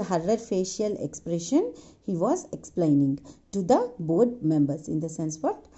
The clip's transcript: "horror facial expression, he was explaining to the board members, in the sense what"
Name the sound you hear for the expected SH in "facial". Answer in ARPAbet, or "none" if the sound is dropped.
SH